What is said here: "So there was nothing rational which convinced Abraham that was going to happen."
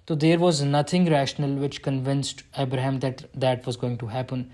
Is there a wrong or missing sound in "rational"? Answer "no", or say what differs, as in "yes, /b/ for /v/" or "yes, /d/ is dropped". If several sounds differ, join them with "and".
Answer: no